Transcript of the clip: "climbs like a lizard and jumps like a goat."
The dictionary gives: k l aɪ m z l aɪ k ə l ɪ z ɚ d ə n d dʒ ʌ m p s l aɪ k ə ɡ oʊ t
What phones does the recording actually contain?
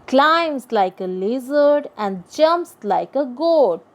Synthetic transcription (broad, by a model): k l aɪ m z l aɪ k ə l ɪ z ɚ d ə n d dʒ ʌ m p s l aɪ k ə ɡ oʊ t